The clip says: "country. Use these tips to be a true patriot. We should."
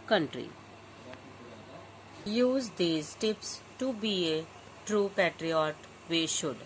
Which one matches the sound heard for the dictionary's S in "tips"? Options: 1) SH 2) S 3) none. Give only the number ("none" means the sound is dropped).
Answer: 2